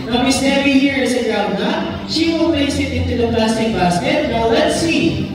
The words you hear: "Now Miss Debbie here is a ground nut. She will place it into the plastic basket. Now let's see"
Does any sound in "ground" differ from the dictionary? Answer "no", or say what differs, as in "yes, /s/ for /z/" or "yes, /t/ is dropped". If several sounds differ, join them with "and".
yes, /n/ is dropped